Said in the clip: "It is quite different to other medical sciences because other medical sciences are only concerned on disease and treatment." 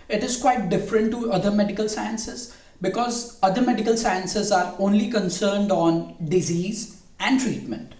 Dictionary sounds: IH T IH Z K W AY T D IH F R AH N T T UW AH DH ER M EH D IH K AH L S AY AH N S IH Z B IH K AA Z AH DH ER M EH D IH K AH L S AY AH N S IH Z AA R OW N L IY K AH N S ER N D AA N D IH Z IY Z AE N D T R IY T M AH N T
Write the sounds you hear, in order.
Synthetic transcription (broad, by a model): IH T IH Z K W AY T D IH F R AH N T T UW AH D ER M EH D IH K AH L S AY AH N S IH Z B IH K AA Z AH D ER M EH D IH K AH L S AY AH N S IH Z AA R OW N L IY K AH N S ER N D AA N D IH Z IY Z AE N D T R IY T M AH N T